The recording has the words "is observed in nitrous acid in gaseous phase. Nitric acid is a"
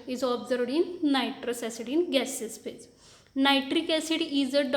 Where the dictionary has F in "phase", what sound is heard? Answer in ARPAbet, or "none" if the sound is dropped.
P